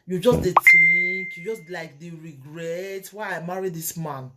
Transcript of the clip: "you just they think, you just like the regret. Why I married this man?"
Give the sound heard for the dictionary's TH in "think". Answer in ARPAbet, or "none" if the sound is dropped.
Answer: T